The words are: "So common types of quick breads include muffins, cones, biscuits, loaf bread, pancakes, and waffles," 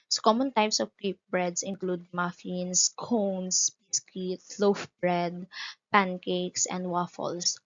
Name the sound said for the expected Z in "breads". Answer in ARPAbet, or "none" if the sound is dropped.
S